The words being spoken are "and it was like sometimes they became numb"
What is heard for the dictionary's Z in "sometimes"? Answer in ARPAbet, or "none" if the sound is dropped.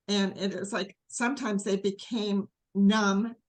Z